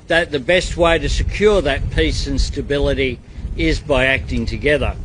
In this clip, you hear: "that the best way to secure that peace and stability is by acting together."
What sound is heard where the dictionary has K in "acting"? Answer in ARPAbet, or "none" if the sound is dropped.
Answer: K